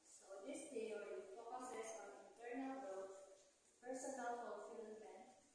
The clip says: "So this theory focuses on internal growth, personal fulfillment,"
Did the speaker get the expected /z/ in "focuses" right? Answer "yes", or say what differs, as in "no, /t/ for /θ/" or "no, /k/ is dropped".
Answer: no, /s/ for /z/